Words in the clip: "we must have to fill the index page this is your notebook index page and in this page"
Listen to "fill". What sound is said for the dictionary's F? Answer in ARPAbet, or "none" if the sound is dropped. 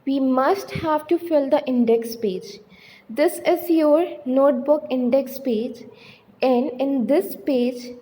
F